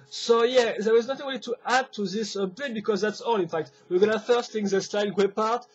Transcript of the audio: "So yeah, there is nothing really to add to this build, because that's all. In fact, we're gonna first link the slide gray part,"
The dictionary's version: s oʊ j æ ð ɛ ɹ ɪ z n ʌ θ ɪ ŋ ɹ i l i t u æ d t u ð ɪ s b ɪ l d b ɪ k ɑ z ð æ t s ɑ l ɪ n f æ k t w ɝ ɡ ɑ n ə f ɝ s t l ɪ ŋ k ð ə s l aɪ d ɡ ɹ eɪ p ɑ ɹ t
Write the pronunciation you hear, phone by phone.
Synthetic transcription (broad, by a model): s oʊ j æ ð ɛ w ɪ z n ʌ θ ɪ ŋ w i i t u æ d t u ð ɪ s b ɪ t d b ɪ k ɑ z ð æ t s ɑ l ɪ n f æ k t w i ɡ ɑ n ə f ɝ s t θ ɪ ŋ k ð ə s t aɪ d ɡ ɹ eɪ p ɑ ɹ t